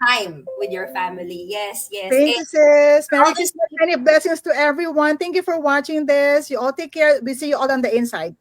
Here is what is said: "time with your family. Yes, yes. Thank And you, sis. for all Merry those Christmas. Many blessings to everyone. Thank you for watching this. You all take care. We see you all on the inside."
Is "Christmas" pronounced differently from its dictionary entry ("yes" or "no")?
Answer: yes